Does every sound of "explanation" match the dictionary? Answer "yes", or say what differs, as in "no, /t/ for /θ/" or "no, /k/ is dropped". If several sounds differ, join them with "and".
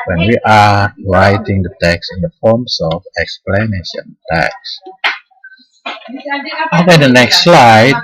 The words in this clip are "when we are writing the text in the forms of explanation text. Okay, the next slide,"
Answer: yes